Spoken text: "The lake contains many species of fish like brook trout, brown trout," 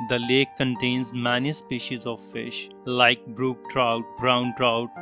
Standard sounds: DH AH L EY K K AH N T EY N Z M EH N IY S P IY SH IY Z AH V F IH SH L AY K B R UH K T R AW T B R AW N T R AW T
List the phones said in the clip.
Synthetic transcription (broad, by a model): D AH L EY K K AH N T EY N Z M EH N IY S P IY SH IY Z AH V F IH SH L AY K B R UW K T R AW T B R AW N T R AW T